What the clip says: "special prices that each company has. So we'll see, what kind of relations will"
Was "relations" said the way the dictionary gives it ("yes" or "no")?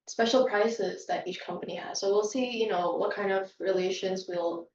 yes